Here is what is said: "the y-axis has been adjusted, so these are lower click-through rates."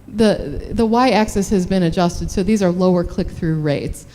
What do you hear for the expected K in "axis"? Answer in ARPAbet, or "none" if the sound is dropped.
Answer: K